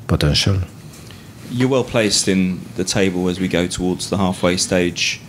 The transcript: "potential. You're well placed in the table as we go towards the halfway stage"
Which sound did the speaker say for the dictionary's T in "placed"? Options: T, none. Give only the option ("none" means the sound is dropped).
T